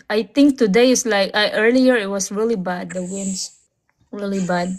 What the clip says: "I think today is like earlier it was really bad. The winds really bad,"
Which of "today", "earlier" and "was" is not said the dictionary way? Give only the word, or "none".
was